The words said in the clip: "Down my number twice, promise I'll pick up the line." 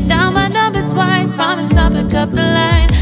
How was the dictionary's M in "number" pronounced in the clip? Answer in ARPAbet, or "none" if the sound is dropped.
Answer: none